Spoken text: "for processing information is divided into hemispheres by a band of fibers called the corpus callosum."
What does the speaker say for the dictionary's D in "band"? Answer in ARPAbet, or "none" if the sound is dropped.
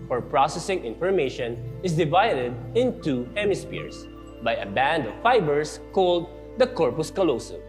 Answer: D